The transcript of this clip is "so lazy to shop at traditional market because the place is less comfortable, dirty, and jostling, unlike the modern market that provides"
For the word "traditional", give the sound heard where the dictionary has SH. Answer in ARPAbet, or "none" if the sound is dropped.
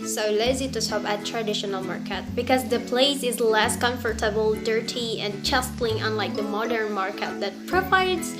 SH